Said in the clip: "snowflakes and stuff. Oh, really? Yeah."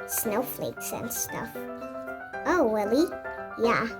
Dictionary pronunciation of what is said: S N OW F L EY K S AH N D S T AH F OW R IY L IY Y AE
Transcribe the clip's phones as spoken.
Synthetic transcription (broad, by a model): S N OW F L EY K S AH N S S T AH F OW W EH L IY Y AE